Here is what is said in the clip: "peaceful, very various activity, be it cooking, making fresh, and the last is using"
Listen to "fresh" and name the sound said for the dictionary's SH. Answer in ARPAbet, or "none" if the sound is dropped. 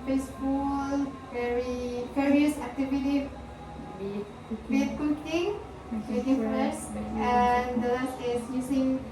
S